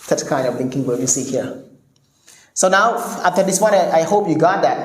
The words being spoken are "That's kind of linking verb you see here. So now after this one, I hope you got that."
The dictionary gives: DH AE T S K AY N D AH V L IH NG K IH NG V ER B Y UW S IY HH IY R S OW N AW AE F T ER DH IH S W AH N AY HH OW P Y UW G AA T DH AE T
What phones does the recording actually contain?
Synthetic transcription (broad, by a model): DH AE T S K AY N D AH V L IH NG K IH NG W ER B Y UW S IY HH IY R S OW N AW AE F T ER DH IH S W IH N AY HH OW P Y UW G AA T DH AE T